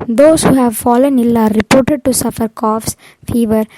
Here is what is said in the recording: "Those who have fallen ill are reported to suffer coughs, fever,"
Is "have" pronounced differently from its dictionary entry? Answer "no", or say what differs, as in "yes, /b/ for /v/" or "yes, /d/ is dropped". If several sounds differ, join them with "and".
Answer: no